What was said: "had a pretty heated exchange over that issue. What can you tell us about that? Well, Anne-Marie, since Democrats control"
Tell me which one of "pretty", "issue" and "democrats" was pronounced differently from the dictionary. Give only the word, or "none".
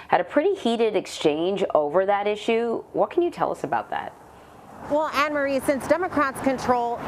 none